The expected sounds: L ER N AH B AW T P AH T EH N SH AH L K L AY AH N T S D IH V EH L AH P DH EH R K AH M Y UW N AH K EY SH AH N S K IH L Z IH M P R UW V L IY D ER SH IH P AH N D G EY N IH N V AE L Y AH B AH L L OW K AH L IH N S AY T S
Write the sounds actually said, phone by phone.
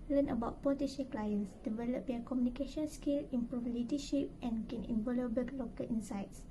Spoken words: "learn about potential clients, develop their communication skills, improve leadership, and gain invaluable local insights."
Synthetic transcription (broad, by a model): L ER N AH B AW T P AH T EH SH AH K L AY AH N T S D IH V EH L AH P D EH K AH M Y UW N AH K EY SH AH N S K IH L IH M P R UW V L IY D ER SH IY P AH N G EY N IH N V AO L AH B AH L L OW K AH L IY N S AY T S